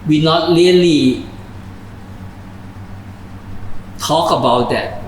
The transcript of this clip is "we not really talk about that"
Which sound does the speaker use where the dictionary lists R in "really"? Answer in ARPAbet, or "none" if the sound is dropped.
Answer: L